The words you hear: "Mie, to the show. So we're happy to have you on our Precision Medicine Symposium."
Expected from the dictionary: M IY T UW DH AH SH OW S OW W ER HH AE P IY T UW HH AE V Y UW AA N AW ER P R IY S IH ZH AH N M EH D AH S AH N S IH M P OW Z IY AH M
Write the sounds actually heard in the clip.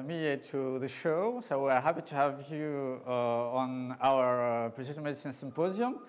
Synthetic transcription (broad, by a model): M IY T UW DH AH SH OW S OW W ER HH AE P IY T UW HH AE V Y UW AA N AW ER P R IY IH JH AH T M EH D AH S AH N S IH M P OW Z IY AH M